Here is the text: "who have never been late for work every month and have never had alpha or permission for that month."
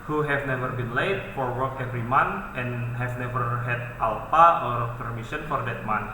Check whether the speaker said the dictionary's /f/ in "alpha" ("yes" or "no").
no